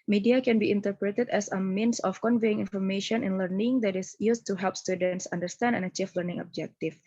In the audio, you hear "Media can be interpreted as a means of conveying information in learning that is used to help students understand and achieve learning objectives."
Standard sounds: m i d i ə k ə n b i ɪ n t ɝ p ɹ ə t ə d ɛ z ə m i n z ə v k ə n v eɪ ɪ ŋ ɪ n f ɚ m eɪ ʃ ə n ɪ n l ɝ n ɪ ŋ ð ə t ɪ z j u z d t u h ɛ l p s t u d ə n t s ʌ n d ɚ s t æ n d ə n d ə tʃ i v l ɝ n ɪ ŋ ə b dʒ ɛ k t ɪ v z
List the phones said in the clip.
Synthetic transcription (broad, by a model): m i d i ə k ə n b i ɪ n t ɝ p ɹ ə t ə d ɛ s ə m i n s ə f k ə n v eɪ ɪ ŋ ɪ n f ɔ m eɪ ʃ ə n ɪ n l ɝ n ɪ ŋ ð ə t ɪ s j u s t u h ɛ l p s t u d ə n t s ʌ n d ɚ s t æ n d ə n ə tʃ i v l ɝ n ɪ ŋ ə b dʒ ɛ k t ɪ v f